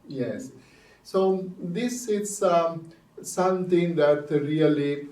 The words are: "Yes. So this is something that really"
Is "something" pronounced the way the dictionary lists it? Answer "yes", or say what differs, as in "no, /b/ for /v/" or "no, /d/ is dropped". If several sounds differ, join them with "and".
no, /t/ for /θ/